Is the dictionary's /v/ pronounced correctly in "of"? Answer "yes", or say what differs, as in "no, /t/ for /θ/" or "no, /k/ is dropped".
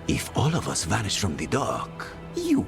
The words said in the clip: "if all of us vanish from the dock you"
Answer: yes